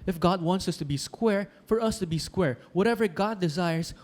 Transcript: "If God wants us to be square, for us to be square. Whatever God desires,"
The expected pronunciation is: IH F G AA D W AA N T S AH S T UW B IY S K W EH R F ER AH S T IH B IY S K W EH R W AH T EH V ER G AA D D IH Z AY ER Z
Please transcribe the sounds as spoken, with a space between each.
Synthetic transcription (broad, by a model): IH F G AA D W AA N T S AH S T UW B IY S K W EH R F ER AH S T IH B IY S K W EH R W AH T EH V ER G AA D D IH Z AY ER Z